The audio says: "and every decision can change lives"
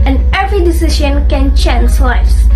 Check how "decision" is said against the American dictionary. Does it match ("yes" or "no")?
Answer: no